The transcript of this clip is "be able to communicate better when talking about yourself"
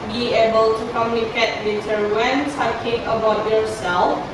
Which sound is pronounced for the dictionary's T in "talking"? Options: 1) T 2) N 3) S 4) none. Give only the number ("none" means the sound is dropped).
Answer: 3